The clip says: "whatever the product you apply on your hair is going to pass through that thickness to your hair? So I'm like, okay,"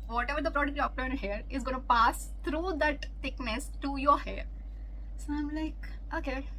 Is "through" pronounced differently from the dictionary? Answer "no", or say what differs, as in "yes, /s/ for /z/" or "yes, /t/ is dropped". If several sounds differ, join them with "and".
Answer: yes, /t/ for /θ/